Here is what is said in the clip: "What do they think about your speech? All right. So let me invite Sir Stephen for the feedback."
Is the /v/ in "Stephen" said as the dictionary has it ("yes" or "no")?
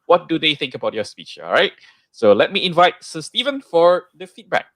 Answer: yes